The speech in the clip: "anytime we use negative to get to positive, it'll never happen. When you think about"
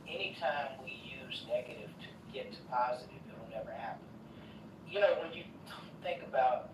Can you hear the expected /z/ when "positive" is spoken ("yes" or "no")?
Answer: yes